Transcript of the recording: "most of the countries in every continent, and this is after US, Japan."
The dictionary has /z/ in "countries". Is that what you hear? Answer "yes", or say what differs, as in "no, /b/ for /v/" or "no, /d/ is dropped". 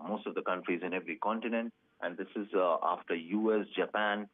yes